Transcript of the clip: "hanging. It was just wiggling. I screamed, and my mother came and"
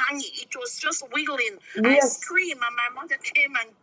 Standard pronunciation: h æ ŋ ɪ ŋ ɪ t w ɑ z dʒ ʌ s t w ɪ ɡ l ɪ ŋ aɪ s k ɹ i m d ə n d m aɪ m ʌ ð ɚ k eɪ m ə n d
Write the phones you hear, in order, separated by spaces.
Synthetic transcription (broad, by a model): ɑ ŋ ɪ ɪ t w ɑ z dʒ ʌ s t w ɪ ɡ l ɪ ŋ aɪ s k ɹ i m ə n m aɪ m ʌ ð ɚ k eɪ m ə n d